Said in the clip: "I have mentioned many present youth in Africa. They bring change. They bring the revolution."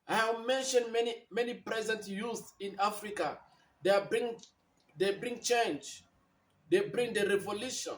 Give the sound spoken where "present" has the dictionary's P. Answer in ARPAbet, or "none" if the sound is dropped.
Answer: P